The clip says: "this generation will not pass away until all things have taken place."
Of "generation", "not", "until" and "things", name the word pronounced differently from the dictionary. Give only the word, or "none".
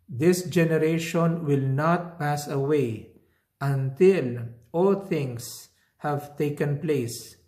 things